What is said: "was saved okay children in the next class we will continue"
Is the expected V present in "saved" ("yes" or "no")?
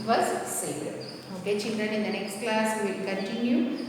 no